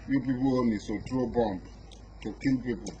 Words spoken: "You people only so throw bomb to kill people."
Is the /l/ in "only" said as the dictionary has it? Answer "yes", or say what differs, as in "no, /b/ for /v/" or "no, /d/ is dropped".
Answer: no, /l/ is dropped